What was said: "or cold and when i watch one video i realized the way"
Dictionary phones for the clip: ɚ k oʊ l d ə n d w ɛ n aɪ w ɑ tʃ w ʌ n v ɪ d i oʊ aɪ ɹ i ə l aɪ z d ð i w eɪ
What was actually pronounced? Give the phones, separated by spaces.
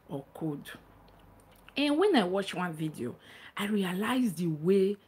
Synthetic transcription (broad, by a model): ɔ k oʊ d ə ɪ w ɛ n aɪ w ɑ tʃ w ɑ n v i d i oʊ aɪ ɹ i ə l aɪ z d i w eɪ